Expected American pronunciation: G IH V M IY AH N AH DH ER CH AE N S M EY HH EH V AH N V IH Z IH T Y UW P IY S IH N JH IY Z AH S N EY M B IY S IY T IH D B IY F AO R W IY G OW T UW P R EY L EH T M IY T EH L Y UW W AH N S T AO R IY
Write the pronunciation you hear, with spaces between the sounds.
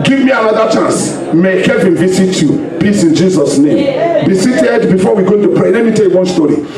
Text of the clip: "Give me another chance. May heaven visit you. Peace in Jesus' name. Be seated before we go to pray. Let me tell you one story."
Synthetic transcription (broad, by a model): G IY V M IY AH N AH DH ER CH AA N S M EY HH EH V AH N V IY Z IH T Y UW P IY S IH N JH IY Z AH S N EY M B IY S IY T IH D B IY F AO W IY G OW T UW P R EY L EH T M IY T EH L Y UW W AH N S T AO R IY